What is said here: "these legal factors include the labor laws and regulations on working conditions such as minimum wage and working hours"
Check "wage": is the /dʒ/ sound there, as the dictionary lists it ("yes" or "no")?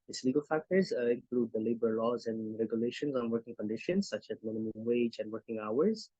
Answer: yes